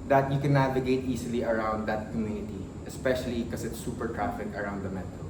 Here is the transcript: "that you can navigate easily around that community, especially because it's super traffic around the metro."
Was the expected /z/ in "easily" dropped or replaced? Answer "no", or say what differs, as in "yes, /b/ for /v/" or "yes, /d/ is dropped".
yes, /s/ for /z/